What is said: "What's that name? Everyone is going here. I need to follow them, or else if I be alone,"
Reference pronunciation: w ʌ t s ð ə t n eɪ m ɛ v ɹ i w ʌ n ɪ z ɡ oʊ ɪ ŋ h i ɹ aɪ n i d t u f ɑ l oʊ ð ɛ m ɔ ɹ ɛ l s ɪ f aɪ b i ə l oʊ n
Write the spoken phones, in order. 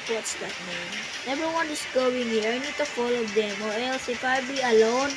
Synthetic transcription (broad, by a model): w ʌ t s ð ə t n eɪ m ɛ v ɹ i w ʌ n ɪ s ɡ oʊ ɪ ŋ h i ɹ aɪ n i d t u f ɑ l oʊ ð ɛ m ɔ ɹ ɛ l s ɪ p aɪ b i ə l oʊ n